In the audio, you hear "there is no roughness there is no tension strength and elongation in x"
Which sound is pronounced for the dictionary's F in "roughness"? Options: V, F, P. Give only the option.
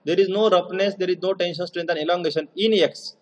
P